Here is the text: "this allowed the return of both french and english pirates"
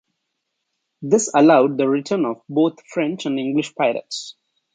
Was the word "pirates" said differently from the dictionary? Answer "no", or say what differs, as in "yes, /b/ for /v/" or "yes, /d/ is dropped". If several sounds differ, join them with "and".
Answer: yes, /l/ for /ɹ/